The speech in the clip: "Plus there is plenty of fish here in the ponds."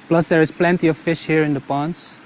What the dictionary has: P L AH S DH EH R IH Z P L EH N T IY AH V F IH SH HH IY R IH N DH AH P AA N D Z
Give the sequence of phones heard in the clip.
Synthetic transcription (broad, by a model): P L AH S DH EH R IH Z P L EH N T IY AH V F IH SH HH IY R IH N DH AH P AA N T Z